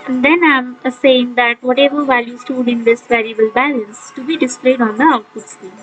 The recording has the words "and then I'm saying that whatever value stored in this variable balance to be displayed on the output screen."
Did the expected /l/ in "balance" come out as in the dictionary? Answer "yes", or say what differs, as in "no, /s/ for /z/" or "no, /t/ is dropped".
yes